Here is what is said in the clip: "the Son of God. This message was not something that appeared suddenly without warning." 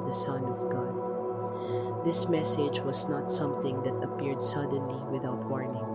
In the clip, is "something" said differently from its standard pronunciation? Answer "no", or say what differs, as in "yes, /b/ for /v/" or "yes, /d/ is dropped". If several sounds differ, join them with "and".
no